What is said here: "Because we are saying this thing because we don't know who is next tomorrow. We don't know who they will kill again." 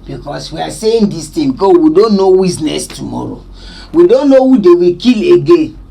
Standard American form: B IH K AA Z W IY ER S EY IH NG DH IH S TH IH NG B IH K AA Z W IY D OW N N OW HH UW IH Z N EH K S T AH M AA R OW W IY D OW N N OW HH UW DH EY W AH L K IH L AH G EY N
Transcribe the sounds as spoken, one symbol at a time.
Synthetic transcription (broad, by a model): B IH K AA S W IY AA S EY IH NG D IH S T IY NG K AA W IY D OW N N OW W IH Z N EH S T AH M AA R OW W IY D OW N N OW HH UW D EY W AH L K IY L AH G EY N